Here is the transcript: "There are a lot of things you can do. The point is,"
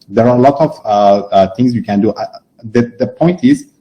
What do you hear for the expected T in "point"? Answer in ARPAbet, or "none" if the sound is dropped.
T